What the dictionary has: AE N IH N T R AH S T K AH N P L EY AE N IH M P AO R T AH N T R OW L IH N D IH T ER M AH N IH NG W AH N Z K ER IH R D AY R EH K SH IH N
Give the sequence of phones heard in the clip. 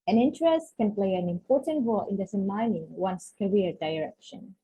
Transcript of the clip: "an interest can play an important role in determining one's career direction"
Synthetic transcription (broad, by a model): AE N IH N T R AH S T K AH N P L EY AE N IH M P AO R T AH N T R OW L IH N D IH S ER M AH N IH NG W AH N S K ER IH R D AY R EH K SH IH N